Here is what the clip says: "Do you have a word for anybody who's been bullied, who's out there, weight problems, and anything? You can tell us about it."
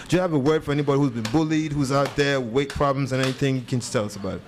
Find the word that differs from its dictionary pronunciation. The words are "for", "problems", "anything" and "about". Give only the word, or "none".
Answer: none